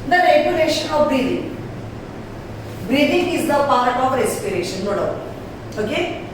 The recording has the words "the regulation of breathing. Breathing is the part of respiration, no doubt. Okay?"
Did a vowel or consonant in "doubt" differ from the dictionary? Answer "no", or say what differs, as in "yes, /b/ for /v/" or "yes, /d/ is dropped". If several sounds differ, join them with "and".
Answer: yes, /t/ is dropped